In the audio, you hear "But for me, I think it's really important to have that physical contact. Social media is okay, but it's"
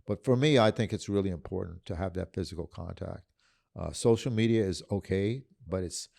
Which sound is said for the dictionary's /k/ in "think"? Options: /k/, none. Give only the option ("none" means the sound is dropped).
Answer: /k/